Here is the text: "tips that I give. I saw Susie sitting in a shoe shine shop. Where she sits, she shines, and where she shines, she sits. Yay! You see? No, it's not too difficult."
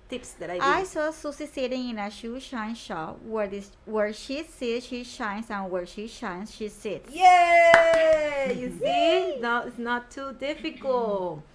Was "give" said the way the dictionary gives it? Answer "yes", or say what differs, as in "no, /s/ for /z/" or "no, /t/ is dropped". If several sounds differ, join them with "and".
no, /v/ is dropped